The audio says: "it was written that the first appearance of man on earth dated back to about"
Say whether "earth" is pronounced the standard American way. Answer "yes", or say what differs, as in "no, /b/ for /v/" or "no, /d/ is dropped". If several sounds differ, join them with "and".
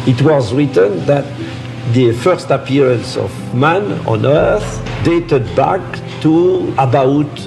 yes